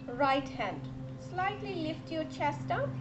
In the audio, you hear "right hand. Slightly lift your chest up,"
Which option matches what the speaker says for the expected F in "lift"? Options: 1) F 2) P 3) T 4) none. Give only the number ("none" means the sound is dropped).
1